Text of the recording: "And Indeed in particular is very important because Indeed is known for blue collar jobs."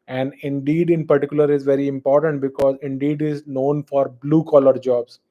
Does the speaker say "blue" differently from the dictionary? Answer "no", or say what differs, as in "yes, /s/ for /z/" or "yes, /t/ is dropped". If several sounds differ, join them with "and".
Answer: no